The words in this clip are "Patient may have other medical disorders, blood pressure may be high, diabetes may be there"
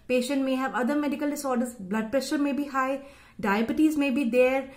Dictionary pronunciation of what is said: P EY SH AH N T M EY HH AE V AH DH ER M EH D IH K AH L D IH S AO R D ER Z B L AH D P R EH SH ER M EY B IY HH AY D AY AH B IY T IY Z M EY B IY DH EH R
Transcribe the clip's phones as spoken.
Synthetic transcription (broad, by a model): P EY SH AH N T M EY HH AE V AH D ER M EH D IH K AH L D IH S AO R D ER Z B L AH D P R EH SH ER M EY B IY HH AY D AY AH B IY T IY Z M EY B IY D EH R